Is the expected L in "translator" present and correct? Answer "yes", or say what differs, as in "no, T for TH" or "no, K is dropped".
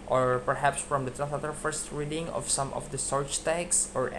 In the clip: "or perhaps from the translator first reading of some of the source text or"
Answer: no, L is dropped